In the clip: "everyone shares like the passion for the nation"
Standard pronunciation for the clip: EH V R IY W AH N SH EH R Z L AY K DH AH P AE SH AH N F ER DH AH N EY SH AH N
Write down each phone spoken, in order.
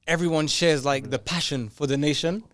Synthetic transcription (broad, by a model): EH V R IY W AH N SH EH R Z L AY K DH AH P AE SH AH N F ER DH AH N EY SH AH N